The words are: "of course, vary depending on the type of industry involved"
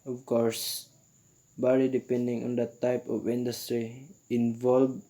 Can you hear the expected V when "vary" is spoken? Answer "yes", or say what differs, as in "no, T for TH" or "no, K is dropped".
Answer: no, B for V